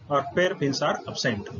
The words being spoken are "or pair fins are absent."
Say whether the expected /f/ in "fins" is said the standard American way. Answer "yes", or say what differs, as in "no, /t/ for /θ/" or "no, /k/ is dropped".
no, /p/ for /f/